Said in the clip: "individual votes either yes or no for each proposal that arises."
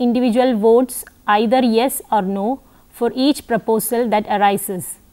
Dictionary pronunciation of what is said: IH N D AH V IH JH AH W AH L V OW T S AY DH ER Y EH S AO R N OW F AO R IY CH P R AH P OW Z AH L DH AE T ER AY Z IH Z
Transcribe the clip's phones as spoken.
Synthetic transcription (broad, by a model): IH N D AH V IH JH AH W AH L V OW T S AY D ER Y EH S AO R N OW F AO R IY CH P R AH P OW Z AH L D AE T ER AY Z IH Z